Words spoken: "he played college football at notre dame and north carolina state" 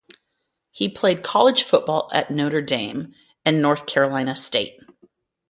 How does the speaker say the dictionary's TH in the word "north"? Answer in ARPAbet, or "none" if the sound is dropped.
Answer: TH